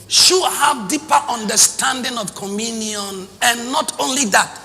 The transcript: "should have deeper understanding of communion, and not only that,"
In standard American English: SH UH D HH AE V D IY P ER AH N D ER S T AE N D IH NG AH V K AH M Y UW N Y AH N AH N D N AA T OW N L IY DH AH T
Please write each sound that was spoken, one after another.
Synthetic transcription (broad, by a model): SH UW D HH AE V D IY P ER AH N D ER S T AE N D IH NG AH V K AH M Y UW N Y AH N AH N N AA T OW N L IY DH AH T